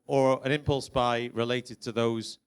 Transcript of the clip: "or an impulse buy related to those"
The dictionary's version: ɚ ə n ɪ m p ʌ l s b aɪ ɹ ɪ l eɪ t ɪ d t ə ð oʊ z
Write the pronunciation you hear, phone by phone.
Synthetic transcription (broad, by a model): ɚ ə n ɪ m p ʌ l s b aɪ ɹ ɪ l eɪ t ɪ d t ə ð oʊ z